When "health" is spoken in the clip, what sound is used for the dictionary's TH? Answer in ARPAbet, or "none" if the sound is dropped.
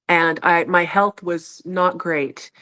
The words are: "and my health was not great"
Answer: TH